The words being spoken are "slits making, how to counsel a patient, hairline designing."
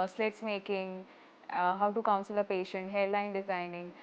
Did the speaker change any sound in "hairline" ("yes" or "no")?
yes